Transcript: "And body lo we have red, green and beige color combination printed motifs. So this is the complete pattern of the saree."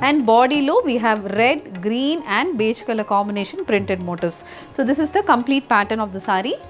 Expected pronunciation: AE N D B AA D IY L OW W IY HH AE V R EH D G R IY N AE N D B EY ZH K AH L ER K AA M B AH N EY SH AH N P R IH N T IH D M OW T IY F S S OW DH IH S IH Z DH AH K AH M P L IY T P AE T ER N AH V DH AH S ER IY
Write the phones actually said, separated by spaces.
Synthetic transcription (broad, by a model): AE N D B AA D IY L OW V IY HH AE V R EH D G R IY N AE N D B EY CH K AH L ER K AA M AH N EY SH AH N P R IH N T IH D M OW T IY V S S OW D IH S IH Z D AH K AH M P L IY T P AE T ER N AH V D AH S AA IY